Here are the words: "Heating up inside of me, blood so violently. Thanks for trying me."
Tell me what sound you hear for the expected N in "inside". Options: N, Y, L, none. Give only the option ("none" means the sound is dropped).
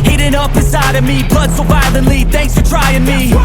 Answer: none